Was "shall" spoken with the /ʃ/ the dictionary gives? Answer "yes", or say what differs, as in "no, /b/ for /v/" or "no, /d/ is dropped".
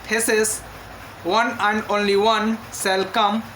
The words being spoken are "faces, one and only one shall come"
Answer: no, /s/ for /ʃ/